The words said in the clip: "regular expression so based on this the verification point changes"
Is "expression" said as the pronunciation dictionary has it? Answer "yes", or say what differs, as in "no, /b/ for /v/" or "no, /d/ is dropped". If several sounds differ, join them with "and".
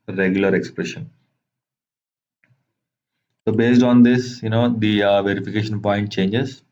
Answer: yes